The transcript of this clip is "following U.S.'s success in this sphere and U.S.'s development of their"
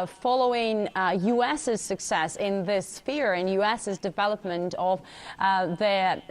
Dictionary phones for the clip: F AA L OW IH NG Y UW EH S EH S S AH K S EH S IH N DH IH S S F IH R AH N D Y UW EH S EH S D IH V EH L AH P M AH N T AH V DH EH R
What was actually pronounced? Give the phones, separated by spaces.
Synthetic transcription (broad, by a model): F AA L OW IH NG Y UW EH S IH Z S AH K S EH S IH N DH IH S S F IH R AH N Y UW EH S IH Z D IH V EH L AH P M AH N T AH V DH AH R